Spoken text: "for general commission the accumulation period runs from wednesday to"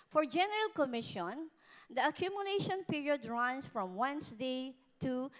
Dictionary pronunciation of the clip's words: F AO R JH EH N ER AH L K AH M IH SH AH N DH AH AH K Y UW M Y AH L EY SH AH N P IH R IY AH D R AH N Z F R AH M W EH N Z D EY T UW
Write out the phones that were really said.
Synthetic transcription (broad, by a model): F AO R JH EH N ER AH L K AH M IH SH AH N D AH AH K Y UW M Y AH L EY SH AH N P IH R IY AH D R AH N S F R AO M W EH N S D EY T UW